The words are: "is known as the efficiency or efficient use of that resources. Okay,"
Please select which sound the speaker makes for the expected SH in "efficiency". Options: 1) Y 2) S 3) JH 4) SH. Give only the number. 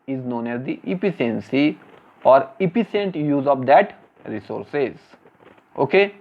2